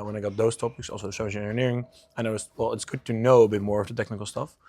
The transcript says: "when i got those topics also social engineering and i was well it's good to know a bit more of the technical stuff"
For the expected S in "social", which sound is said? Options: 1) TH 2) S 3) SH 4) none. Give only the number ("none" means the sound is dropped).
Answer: 3